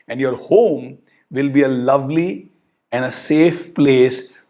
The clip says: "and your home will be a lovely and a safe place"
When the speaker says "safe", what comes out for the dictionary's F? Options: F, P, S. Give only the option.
F